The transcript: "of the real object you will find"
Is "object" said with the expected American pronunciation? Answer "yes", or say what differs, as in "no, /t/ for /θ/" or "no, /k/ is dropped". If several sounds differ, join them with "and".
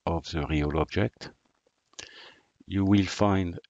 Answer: yes